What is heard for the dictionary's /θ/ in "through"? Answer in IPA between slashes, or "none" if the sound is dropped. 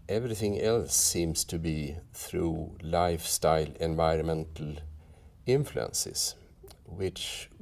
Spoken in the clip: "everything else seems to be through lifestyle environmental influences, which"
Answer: /θ/